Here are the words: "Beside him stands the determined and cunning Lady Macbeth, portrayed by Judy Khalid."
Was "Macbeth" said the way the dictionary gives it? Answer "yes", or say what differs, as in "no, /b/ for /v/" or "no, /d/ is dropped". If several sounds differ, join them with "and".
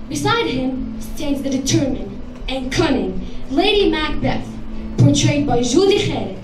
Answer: yes